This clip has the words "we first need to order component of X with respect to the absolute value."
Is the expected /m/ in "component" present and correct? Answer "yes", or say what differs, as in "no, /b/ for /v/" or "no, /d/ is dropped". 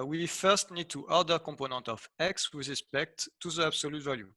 no, /m/ is dropped